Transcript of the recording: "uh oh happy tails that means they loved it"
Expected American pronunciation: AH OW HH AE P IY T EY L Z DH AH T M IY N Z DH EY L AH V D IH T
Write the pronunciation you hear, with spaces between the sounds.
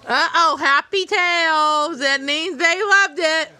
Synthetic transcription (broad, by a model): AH OW HH AE P IY T EY L Z DH AH T M IY N Z DH EY L AH V D IH T